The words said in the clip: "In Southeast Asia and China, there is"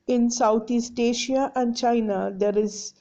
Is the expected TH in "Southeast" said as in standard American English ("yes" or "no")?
no